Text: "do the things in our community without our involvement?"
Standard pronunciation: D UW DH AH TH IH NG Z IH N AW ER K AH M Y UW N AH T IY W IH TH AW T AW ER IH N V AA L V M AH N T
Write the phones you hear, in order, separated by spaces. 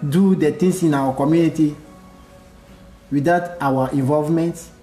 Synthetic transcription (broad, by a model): D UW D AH T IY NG S IH N AW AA K AH M Y UW N AH T IY W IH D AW T AW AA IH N V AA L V M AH N T